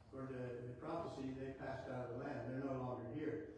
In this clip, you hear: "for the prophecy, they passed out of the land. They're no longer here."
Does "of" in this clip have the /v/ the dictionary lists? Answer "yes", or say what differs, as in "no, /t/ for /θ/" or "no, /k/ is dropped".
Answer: yes